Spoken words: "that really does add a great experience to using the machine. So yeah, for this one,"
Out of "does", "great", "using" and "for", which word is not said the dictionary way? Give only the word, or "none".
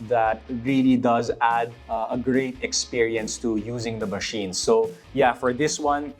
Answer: none